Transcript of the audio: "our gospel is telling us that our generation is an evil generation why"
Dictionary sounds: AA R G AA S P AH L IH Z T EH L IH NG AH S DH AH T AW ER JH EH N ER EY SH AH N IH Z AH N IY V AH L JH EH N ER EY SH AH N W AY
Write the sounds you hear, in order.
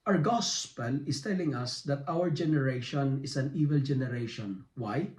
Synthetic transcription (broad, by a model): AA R G AA S P AH L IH S T EH L IH NG AH S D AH T AW ER JH EH N ER EY SH AH N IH S AH N IY V AH L JH EH N ER EY SH AH N W AY